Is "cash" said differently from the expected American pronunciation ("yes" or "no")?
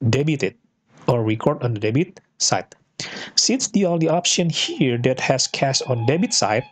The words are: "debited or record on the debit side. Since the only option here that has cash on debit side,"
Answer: yes